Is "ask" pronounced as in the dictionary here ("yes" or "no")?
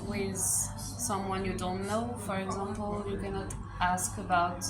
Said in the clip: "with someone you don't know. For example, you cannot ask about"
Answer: yes